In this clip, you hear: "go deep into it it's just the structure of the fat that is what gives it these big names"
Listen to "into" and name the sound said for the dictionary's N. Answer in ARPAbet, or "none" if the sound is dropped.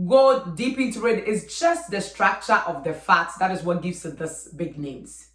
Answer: none